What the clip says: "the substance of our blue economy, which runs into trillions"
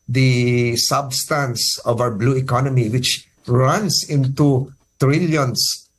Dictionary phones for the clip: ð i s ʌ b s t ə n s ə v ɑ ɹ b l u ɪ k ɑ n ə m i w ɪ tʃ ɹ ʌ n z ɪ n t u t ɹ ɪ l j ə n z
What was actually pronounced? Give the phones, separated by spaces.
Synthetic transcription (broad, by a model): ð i s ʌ b s t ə n s ə v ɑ w b l u ɪ k ɑ n ə m i w ɪ tʃ ɹ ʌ n s ɪ n t u t ɹ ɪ l j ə n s